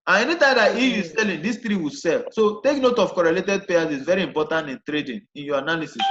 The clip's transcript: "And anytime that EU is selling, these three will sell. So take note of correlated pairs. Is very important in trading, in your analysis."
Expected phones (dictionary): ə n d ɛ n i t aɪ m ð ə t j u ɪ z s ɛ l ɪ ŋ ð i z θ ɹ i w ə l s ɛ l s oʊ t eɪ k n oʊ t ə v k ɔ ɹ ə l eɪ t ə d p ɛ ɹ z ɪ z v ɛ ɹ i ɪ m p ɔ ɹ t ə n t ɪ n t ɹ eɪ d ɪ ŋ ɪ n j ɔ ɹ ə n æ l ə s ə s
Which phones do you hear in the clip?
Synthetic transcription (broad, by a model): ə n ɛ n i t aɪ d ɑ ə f j u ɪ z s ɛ l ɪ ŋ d i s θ ɹ i w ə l s ɛ l s oʊ t eɪ k n oʊ t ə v k ɔ ɹ ə l eɪ t ə d p ɛ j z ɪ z v ɛ ɹ i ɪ m p ɔ t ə n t ɪ n t ɹ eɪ d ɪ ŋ ɪ n j ɔ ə n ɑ l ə s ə s